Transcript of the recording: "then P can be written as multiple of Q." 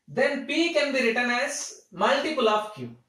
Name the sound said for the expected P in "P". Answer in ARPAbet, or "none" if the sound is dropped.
P